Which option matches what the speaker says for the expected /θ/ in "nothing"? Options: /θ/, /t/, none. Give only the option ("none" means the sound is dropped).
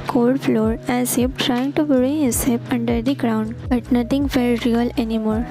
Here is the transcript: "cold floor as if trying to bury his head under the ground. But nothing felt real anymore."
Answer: /t/